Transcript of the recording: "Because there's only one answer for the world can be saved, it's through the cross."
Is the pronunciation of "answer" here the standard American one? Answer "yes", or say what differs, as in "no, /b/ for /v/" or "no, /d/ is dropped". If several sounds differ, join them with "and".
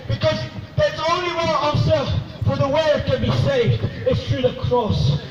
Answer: no, /n/ is dropped